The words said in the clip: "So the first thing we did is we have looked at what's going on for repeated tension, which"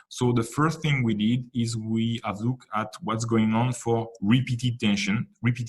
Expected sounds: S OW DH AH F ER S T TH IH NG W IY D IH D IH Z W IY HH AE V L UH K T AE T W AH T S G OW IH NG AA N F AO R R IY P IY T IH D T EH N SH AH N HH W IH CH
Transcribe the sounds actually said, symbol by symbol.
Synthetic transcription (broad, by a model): S OW DH AH F ER S T TH IH NG W IY D IH D IH Z W IY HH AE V L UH K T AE T W AH T S G OW IH NG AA N F AO R R IY P IY T IH D T EH N SH AH N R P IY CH